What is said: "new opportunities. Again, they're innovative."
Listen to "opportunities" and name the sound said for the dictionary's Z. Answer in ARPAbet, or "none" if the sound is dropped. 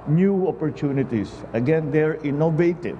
S